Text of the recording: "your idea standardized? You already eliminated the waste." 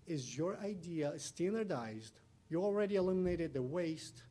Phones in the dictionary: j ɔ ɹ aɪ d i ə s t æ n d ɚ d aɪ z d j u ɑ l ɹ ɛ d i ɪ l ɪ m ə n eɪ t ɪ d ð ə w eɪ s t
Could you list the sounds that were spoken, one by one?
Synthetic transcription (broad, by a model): j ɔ ɹ aɪ d i ə s t æ n d ɚ d aɪ z d j u ɑ l ɹ ɛ d i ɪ l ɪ m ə n eɪ t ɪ d ð ə w eɪ s t